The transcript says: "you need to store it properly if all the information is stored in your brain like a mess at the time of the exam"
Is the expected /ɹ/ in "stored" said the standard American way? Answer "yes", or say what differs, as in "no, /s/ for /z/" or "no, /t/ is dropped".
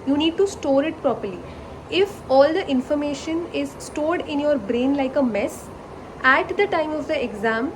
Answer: yes